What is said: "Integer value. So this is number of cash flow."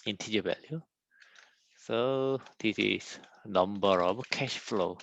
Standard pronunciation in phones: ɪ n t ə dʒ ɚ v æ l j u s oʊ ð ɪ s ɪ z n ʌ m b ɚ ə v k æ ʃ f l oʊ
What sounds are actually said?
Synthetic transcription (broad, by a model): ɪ n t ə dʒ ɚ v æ l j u s oʊ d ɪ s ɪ s n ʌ m b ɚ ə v k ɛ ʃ f l oʊ